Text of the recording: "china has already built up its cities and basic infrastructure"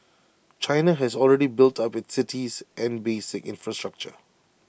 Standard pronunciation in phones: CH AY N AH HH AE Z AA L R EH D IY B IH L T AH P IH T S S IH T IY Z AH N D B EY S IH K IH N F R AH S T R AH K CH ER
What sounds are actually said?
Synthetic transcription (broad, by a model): CH AY N AH HH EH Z AA L R EH D IY B IH L T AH P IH T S S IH T IY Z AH N B EY S IH K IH N F R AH S T R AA K CH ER